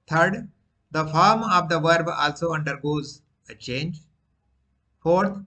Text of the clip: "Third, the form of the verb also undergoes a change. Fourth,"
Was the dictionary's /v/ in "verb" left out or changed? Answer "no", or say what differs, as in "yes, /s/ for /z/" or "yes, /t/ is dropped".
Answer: no